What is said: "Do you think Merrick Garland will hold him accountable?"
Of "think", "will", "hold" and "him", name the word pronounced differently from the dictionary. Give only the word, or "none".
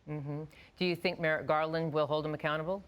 none